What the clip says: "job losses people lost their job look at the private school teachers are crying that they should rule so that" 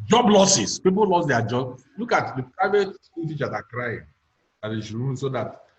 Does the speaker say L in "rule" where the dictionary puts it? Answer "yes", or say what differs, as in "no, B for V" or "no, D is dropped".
no, N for L